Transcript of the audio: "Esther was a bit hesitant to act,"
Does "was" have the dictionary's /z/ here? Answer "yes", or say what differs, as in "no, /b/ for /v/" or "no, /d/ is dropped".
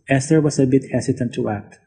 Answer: no, /s/ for /z/